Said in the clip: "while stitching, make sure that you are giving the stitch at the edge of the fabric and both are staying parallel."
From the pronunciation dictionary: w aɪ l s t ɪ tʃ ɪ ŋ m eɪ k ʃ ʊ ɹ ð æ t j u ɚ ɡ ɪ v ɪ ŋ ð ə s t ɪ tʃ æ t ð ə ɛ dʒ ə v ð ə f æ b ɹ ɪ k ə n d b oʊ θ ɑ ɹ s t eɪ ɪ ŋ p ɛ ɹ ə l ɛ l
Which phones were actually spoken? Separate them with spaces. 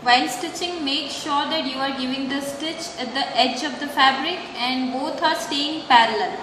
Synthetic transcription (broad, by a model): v aɪ l s t ɪ tʃ ɪ ŋ m eɪ k ʃ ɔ ɹ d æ t j u ɚ ɡ ɪ v ɪ ŋ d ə s t ɪ tʃ æ t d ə ɛ dʒ ə v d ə f æ b ɹ ɪ k ə n d b oʊ t ɑ ɹ s t eɪ ɪ ŋ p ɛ ɹ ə l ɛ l